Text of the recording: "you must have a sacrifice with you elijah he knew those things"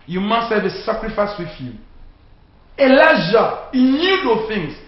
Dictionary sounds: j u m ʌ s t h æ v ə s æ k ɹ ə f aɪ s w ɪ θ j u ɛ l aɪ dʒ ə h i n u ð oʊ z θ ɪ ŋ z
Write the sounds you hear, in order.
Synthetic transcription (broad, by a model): j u m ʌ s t h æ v ə s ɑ k ɹ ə f aɪ s w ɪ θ j u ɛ l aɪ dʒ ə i n u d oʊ θ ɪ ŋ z